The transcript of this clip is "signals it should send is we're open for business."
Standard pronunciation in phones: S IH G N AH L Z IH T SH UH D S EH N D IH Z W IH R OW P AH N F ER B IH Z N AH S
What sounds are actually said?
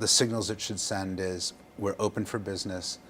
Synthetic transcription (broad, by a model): S IH G N L Z IH T SH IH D S EH N D IH Z W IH R OW P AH N F ER B IH Z N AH S